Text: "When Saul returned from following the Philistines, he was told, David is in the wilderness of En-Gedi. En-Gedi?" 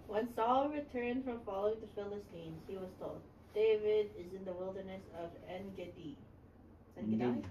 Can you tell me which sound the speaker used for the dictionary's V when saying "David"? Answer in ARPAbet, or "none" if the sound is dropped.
V